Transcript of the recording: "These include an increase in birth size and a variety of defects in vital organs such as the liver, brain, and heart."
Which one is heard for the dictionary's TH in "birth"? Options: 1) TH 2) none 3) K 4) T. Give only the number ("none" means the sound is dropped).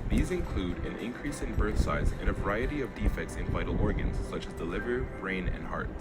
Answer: 1